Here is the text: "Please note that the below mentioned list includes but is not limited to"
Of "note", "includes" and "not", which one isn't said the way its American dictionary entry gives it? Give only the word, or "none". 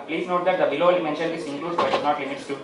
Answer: includes